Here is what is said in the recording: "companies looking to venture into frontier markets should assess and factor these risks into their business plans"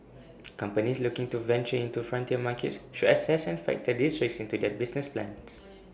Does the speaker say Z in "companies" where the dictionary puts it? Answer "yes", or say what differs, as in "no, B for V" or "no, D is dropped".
no, S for Z